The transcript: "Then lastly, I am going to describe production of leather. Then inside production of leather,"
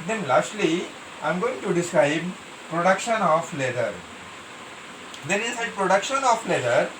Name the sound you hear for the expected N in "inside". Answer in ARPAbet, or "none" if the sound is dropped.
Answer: none